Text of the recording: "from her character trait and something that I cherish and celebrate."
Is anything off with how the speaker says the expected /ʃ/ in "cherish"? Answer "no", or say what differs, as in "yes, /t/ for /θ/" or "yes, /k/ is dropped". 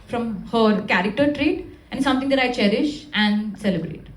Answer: no